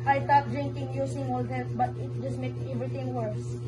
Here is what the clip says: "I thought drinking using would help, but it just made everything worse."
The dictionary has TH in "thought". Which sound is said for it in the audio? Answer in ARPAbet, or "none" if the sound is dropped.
T